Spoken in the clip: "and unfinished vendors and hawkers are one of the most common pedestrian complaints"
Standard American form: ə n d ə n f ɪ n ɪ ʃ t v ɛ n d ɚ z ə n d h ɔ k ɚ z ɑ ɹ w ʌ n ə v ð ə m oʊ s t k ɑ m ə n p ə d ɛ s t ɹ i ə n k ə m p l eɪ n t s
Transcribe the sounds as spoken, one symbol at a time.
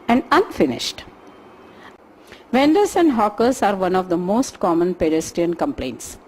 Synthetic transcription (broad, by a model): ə n d ə n f ɪ n ɪ ʃ t v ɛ n d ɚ s ə n d h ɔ k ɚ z ɑ ɹ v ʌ n ə v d ə m oʊ s t k ɑ m ə n p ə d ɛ s t i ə n k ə m p l eɪ n t s